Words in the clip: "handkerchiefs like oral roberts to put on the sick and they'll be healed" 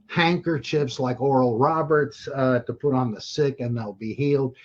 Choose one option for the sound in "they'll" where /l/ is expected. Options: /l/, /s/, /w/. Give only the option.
/l/